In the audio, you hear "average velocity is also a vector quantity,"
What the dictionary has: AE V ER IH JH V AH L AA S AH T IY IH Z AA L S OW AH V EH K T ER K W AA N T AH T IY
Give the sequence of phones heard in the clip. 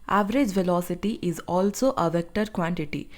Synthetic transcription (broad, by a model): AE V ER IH JH V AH L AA S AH T IY IH Z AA L S OW AH V EH K T ER K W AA N T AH T IY